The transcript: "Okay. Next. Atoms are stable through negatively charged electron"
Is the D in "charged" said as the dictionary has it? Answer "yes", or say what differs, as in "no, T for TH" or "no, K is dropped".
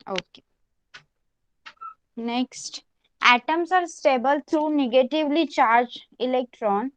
no, D is dropped